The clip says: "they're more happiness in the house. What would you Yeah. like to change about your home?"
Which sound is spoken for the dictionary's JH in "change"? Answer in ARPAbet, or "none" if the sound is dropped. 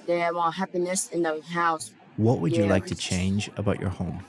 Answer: JH